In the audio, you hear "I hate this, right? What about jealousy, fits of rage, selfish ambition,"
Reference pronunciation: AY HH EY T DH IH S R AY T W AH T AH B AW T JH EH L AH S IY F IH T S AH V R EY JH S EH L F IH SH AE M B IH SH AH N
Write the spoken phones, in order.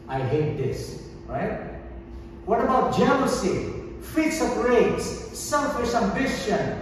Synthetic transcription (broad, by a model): AY HH EY T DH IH S R AY T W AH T AH B AW T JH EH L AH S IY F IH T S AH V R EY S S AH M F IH S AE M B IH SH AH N